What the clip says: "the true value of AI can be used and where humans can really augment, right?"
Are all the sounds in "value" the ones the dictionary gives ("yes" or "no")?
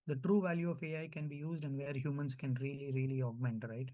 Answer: yes